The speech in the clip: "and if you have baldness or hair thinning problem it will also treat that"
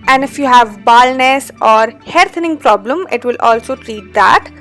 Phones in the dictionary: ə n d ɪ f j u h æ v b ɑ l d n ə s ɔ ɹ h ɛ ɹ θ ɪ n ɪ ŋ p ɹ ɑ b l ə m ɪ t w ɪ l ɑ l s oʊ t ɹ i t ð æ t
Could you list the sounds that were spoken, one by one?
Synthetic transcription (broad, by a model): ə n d ɪ f j u h æ v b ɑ l n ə s ɔ ɹ h ɛ ɹ t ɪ n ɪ ŋ p ɹ ɑ b l ə m ɪ t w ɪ l ɑ l s oʊ t ɹ i t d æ t